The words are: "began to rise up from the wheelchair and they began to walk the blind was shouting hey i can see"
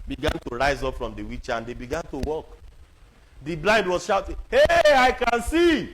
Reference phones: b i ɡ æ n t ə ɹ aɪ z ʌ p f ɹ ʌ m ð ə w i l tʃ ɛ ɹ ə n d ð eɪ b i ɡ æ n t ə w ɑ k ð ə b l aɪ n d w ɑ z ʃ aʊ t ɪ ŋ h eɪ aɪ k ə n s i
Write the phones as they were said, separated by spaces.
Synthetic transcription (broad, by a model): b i ɡ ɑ n t ə ɹ aɪ z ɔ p f ɹ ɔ m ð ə w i tʃ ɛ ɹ ə n d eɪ b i ɡ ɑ n t ə w ɑ k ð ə b l aɪ n d w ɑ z ʃ aʊ t ɪ ŋ h eɪ aɪ k ə n s i